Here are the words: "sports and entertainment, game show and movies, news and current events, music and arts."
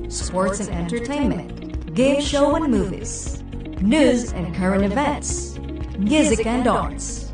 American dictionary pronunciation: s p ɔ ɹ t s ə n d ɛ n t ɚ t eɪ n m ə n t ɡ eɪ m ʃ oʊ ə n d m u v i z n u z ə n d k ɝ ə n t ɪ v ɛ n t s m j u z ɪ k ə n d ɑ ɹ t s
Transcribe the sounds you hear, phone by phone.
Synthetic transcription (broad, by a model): s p ɔ ɹ t s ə n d ɛ n t ɚ t eɪ n m ə n t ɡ eɪ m ʃ oʊ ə n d m u v i z n u z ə n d k ɝ ə n t ɪ v ɛ n t s m j u z ɪ k ə n d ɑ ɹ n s